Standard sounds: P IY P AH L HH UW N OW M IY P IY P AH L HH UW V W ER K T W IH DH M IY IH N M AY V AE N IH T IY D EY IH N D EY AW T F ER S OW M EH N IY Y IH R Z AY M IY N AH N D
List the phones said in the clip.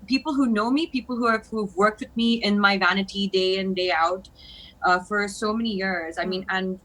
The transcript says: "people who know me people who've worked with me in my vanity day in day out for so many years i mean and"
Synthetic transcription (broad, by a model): P IY P L HH UW N OW M IY P IY P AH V HH UW V W ER K T W IH DH M IY IH N M AY V AE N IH T IY D EY IH N D EY AW T F ER S OW M EH N IY Y IH R Z AY M IY N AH N